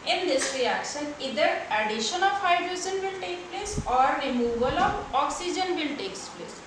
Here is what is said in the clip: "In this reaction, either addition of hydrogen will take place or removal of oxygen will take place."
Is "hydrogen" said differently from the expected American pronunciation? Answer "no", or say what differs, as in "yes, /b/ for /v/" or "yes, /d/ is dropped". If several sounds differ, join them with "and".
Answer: yes, /z/ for /dʒ/